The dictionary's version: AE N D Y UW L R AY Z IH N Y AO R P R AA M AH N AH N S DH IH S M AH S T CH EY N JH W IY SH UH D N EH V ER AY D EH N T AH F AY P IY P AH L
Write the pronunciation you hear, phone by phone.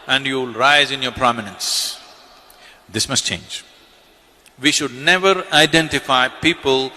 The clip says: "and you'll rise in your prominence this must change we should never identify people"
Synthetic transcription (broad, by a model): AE N D Y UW L R AY Z IH N Y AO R P R AA M AH N AH N S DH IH S M AH S T CH EY N JH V IY SH UH D N EH V ER AY D EH N T AH F AY P IY P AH L